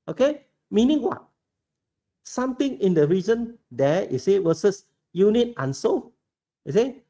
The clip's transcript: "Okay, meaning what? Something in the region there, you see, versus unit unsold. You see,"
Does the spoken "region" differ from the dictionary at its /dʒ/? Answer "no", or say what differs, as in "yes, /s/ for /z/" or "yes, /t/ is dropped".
yes, /z/ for /dʒ/